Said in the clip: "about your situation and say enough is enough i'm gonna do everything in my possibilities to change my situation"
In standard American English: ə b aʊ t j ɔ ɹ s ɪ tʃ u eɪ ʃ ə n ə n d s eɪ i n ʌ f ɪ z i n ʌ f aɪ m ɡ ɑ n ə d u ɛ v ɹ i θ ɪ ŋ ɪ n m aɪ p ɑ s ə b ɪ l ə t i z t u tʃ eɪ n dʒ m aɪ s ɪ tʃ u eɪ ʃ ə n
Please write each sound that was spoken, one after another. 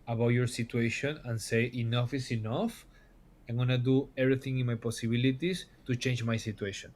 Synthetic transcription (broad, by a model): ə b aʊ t j ɔ ɹ s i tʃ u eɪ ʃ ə n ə n s eɪ i n ʌ f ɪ s i n ʌ f aɪ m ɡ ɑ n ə d u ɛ b ɹ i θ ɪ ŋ ɪ n m aɪ p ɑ s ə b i l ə t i s t u tʃ eɪ n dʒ m aɪ s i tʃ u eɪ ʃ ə n